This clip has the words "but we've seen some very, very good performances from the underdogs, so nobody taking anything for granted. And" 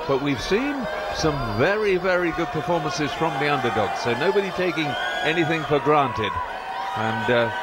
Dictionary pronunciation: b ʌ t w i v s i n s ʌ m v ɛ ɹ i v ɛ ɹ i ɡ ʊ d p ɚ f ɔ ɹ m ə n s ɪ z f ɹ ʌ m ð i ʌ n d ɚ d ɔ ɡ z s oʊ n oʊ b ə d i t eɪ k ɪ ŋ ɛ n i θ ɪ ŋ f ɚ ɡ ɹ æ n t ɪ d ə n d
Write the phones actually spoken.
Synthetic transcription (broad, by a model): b ʌ t w i v s i n s ʌ m v ɛ ɹ i v ɛ ɹ i ɡ ʊ d p ɚ f ɔ ɹ m ə n s ɪ z f ɹ ʌ m ð i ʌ n d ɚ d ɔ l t s oʊ n oʊ b ə d i t eɪ k ɪ ŋ ɛ n i θ ɪ ŋ f ɚ ɡ ɹ æ n t ɪ d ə n